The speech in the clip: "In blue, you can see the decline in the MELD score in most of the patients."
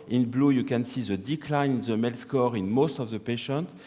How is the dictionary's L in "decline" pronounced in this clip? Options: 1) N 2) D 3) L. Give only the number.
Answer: 3